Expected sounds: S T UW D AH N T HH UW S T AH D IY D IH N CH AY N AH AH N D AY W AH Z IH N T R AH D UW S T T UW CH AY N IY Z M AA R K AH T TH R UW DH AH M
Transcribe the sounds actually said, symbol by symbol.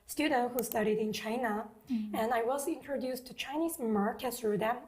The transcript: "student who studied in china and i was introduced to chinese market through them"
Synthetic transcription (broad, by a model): S T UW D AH N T HH UW S T AH D IY D IH N CH AY N AH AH N AY W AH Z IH N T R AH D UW S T T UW CH AY N IY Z M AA R K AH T S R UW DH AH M